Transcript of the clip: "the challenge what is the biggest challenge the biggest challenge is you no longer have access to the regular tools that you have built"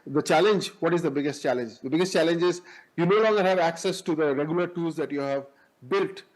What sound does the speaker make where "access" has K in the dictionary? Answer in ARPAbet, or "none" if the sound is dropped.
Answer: K